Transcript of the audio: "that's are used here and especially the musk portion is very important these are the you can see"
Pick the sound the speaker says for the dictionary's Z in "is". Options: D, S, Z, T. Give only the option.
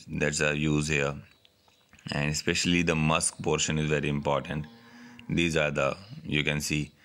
Z